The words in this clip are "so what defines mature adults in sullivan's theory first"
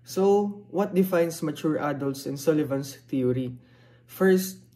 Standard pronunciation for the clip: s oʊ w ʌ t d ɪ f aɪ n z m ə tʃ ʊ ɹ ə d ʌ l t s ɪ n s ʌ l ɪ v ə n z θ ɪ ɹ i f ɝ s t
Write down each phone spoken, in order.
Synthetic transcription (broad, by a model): s oʊ w ʌ t d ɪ f aɪ n s m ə tʃ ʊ ɹ ə d ʌ l t s ɪ n s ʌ l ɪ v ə n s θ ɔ ɹ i f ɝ s t